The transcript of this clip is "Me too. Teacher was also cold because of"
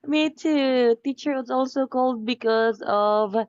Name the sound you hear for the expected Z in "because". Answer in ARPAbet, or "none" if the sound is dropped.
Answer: Z